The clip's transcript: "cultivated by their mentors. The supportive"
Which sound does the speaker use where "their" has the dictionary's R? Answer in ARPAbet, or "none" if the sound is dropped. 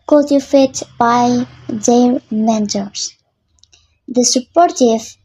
L